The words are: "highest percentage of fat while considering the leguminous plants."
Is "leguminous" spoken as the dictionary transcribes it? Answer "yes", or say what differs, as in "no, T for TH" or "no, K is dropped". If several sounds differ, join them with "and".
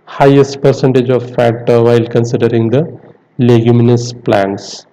yes